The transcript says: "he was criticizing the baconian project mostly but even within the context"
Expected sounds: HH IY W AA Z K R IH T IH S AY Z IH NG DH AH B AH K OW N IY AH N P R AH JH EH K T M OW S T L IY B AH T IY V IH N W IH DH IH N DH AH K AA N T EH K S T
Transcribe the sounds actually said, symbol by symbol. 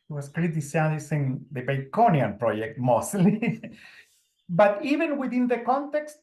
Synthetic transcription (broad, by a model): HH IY W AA S K R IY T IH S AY S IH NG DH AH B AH K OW N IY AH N P R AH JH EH K T M OW S T L IY B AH T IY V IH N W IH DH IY N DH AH K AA N T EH K S T